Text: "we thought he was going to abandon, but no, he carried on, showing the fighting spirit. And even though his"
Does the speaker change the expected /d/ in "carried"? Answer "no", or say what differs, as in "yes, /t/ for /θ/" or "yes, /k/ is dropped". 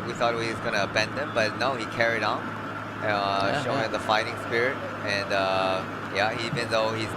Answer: no